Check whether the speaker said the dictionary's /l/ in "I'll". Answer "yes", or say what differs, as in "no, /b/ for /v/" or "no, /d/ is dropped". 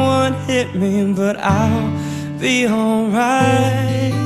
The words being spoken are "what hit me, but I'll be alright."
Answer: yes